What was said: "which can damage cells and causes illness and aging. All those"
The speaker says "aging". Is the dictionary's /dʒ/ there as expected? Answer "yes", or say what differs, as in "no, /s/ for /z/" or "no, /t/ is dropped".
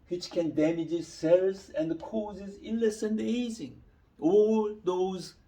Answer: no, /z/ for /dʒ/